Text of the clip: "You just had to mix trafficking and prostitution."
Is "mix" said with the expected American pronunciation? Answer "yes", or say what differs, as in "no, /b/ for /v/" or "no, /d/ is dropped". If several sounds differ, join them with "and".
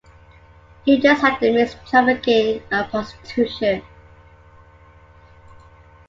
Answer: no, /k/ is dropped